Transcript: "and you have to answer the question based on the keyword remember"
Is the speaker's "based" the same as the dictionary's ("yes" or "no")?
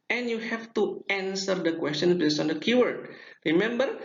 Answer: no